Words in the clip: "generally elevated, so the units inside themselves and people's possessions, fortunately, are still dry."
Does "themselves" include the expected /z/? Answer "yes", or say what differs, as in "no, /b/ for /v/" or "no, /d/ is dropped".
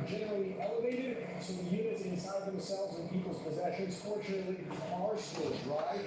yes